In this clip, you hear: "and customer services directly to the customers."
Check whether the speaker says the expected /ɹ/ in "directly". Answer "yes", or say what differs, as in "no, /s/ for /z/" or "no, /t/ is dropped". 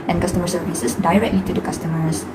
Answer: yes